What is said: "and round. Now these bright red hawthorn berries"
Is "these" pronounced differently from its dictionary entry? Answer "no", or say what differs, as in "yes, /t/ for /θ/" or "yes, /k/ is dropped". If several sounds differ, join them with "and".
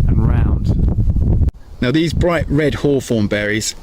no